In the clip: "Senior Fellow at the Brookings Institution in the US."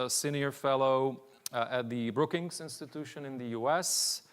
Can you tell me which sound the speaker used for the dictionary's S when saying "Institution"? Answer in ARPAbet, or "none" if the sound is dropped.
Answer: S